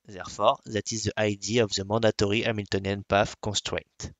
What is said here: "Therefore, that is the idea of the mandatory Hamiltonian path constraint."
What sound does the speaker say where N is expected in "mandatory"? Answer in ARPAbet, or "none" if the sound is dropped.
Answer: none